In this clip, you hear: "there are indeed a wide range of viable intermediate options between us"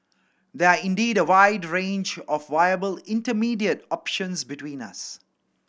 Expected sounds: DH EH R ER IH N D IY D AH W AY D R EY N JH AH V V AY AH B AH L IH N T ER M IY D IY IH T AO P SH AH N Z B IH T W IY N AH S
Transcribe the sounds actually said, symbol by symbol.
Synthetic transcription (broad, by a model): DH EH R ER IH N D IY D AH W AY D R EY N JH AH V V AY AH B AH L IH N T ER M IY D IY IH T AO P SH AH N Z B IH T W IY N AH S